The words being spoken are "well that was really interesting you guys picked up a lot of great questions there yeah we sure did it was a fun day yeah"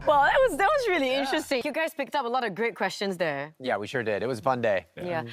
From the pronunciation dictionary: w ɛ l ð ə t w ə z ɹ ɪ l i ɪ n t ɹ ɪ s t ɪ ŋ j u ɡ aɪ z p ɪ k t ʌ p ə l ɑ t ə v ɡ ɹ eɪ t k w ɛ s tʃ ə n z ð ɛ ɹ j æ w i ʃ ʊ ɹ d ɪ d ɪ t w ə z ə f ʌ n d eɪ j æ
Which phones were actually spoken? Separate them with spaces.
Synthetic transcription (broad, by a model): w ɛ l ð ə t w ə z ɹ ɪ l i ɪ n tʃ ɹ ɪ s t ɪ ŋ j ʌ ɡ aɪ z p ɪ k t ʌ p ə l ɑ t ə v ɡ ɹ eɪ t k w ɛ s tʃ ə n z ð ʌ ɹ j æ w i ʃ ʊ ɹ d ɪ d ɪ t w ə z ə f ʌ n d eɪ j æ